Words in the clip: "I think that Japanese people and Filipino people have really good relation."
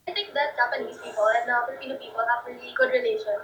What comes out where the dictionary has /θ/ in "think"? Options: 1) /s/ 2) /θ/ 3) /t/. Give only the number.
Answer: 3